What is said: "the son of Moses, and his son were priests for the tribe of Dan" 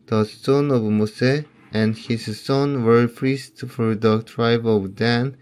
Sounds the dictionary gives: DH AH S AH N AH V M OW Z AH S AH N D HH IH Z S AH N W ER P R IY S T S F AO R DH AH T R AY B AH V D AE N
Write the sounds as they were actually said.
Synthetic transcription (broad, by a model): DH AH S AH N AH V M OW S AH AH N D HH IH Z S AH N W ER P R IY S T F AO R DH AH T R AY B AH V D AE N